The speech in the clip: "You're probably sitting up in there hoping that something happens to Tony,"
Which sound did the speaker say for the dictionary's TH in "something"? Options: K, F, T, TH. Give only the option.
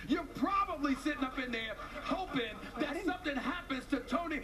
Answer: TH